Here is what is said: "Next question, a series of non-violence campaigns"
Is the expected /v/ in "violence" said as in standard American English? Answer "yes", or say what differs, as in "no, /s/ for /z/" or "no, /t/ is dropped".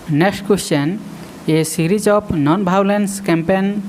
no, /b/ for /v/